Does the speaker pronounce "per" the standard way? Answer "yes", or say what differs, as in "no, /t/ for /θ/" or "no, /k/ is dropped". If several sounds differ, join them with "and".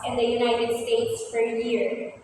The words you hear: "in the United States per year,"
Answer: no, /f/ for /p/